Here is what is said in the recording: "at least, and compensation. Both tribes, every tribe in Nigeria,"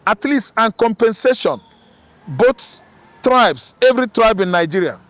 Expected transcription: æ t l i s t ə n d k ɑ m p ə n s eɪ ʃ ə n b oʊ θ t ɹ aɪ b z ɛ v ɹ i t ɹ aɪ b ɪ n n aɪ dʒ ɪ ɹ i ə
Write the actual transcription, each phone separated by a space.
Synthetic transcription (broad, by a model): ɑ t l i s t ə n k ɑ m p ə n s eɪ ʃ ə n b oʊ t t ɹ aɪ b s ɛ v ɹ i t ɹ aɪ b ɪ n n aɪ dʒ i ɹ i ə